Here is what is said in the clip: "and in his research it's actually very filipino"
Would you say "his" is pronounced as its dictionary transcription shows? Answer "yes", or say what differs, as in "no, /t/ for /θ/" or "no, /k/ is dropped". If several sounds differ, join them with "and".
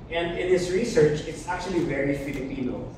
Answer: no, /s/ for /z/